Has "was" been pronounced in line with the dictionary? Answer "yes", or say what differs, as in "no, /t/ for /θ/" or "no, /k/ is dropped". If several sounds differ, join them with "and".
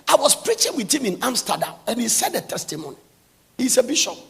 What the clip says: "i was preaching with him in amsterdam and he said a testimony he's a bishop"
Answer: no, /s/ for /z/